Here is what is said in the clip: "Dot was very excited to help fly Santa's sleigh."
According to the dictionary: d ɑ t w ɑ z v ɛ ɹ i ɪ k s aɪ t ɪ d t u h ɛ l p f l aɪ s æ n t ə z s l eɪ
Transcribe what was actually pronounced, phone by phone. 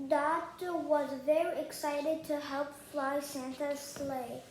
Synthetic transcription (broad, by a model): d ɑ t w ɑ z v ɛ ɹ i ɪ k s aɪ t ɪ d t u h ɛ l p f l aɪ s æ n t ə s l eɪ